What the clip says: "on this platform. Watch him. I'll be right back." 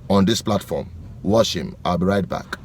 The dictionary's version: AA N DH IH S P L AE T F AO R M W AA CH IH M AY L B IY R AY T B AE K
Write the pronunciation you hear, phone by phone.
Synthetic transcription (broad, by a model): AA N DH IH S P L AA T F AO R M W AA SH IH M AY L B IY R AY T B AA K